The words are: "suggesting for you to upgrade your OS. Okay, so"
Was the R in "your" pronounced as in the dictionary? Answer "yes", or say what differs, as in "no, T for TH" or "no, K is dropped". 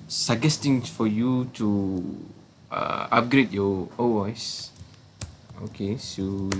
no, W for R